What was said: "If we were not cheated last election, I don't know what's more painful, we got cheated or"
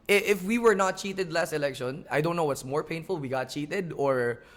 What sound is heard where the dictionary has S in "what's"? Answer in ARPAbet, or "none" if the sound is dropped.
S